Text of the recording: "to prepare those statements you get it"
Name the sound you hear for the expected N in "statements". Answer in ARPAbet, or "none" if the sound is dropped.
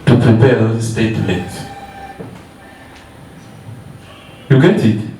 none